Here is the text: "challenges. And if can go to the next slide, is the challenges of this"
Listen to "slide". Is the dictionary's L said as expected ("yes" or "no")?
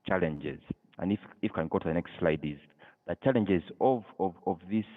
yes